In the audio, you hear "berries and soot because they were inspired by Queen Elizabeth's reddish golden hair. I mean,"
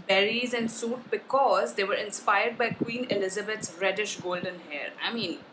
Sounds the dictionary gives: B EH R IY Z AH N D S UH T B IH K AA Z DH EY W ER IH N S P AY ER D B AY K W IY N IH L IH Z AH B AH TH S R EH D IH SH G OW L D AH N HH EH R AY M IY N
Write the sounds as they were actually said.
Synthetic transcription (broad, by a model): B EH R IY Z AH N D S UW T B IH K AA Z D EY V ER IH N S P AY ER D B AY K W IY N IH L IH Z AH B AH T S R EH D IH SH G OW L D AH N HH EH R AY M IY N